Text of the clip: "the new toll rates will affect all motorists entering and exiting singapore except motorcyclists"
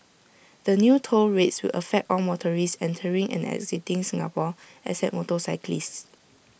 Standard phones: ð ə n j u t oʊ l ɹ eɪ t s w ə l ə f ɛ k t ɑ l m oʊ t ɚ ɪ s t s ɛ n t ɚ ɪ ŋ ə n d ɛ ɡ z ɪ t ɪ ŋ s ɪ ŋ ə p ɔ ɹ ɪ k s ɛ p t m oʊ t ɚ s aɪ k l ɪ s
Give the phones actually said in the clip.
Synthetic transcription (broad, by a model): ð ə n j u t oʊ l ɹ eɪ t s w ə l ə f ɛ k t ɑ l m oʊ t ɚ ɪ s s ɛ n t ɚ ɪ ŋ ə n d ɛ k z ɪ t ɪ ŋ s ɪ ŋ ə p ɔ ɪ s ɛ t m oʊ t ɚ s aɪ k l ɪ s